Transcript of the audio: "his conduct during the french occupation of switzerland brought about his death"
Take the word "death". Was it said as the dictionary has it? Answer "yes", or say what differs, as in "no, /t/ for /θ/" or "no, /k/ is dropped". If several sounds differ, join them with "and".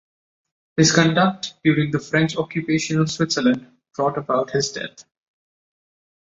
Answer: no, /t/ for /θ/